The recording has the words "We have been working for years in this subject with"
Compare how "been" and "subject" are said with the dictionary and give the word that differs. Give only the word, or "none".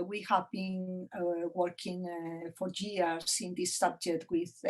subject